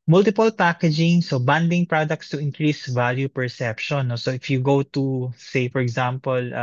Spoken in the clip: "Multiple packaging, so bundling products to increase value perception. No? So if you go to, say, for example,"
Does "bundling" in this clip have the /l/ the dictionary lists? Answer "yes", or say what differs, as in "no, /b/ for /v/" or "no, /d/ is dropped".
no, /l/ is dropped